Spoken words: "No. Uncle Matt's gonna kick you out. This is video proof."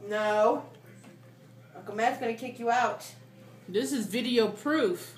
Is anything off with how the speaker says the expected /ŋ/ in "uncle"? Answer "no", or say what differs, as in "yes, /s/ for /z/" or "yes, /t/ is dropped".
yes, /ŋ/ is dropped